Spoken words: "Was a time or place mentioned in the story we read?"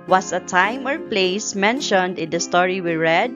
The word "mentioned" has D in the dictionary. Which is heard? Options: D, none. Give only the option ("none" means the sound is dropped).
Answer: D